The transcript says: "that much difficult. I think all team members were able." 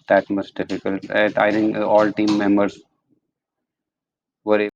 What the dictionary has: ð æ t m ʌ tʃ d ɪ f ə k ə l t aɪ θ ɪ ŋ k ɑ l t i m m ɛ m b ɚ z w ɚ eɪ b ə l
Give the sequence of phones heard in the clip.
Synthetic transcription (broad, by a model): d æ t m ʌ s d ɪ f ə k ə l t aɪ t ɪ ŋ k ɑ l t i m m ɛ m b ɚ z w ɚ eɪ